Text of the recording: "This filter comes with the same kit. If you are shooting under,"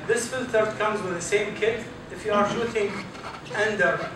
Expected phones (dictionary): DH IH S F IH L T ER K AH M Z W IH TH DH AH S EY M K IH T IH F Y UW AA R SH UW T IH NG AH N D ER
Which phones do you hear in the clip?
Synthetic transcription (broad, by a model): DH IH S F IH L T ER K AH M Z W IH DH AH S EY M K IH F IH F Y UW AA R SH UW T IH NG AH N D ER